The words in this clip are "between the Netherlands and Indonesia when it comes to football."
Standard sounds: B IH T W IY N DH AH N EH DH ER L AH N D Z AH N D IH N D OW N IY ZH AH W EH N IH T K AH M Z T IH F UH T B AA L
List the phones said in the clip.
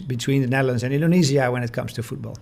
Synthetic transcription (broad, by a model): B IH T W IY N DH AH N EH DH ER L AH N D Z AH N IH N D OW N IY Z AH W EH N IH T K AH M Z T IH F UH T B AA L